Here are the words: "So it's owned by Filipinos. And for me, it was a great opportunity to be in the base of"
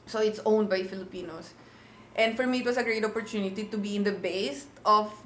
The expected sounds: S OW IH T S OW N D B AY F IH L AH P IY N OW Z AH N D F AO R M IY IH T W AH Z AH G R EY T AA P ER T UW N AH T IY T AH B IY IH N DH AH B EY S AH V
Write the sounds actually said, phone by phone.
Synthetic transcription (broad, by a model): S OW IH T S OW N D B AY F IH L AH P IY N OW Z AH N D F AO R M IY IH T W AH S AH G R EY T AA P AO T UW N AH T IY T AH B IY IH N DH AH B EY S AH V